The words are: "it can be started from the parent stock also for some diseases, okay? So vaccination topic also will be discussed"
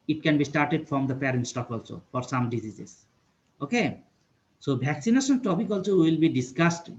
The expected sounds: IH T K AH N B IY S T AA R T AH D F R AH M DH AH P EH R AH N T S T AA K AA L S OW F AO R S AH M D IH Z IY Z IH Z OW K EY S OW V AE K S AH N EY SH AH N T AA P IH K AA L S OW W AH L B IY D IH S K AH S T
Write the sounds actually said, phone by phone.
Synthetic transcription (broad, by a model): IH T K AH N B IY S T AA R T AH D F R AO M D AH P EH R AH N T S T AA K AA L S OW F AO R S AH M D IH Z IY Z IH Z OW K EY S OW B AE K S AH N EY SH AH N T AA P IH K AA L S OW W AH L B IY D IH S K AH S T